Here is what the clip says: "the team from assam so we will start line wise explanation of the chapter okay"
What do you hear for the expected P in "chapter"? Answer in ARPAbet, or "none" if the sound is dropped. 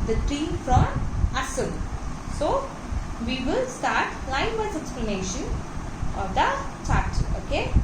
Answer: none